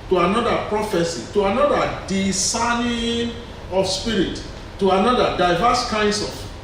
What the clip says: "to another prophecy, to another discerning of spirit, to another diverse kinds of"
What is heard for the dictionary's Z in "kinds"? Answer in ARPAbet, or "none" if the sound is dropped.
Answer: S